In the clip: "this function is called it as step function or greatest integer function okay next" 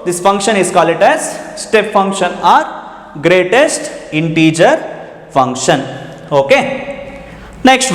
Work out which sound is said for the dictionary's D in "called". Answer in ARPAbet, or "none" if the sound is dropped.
none